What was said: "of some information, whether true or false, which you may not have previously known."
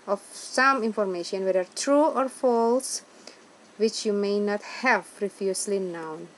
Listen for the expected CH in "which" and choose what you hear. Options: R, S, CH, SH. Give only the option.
CH